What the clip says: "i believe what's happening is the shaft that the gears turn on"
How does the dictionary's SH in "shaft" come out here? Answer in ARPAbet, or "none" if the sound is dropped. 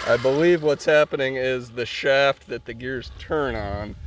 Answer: SH